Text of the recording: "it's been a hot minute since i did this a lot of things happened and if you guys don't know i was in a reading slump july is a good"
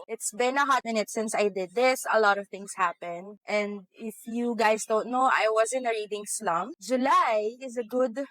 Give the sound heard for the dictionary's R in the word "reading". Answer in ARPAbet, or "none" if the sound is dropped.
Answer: R